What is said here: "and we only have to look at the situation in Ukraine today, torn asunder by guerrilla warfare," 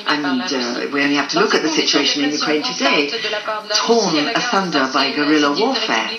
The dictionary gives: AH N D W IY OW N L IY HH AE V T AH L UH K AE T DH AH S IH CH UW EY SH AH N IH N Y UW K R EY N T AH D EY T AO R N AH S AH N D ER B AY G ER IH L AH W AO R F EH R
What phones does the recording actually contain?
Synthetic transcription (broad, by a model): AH N W IY OW N L IY HH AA F T AH L UH K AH T DH AH S IH CH UW EY SH AH N IH N Y UW K R EY N T AH D EY T AO N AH TH AH N D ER B AY G ER IH L AH W AO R F EH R